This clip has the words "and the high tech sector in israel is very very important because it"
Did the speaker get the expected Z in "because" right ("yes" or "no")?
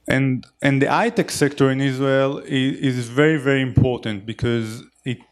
yes